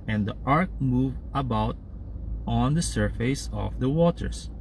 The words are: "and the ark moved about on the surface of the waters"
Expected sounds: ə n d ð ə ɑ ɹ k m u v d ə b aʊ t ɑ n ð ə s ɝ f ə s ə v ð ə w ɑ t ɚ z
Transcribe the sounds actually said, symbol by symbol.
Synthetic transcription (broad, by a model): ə n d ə ɑ ɹ k m u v ə b aʊ t ɑ n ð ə s ɝ f ə s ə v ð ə w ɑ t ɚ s